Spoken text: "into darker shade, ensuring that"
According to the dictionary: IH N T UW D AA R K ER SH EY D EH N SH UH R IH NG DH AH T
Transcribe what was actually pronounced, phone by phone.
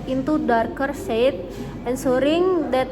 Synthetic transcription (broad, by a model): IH N T UW D AA R K ER S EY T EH N S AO R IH NG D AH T